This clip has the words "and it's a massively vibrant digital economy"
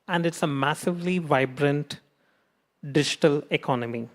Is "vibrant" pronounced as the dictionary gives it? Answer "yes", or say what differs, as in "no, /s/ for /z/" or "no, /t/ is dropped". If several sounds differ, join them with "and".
yes